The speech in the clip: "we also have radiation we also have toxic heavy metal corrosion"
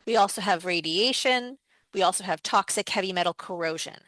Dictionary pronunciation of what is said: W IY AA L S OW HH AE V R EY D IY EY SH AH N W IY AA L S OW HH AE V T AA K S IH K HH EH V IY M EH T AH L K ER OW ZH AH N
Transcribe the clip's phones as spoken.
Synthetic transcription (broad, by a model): W IY AA L S OW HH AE V R EY D IY EY SH AH N W IY AA L S OW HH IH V T AA K S IH K HH EH V IY M EH T L K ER OW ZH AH N